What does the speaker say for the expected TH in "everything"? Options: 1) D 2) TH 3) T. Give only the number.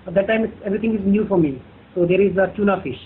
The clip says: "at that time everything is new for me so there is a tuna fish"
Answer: 3